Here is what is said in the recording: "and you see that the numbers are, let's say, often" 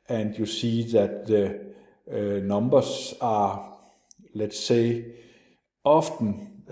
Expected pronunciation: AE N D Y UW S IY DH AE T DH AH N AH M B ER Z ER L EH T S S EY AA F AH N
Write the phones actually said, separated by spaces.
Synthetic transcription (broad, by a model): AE N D Y UW S IY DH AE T DH AH N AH M B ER S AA L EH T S S EY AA F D N